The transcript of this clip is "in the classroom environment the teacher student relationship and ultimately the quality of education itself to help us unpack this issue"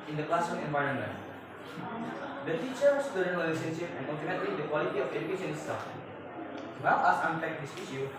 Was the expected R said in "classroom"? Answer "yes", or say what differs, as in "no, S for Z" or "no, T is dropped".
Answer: no, R is dropped